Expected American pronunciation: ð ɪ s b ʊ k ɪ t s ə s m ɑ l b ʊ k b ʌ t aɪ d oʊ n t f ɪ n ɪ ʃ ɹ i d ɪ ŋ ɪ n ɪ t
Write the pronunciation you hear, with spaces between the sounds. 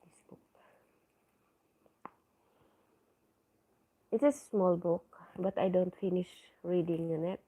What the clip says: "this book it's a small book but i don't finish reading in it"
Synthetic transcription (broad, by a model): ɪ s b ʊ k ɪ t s ə s m ɑ l b ʊ k b ʌ t aɪ d oʊ n t f ɪ n ɪ ʃ ɹ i d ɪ ŋ ɪ n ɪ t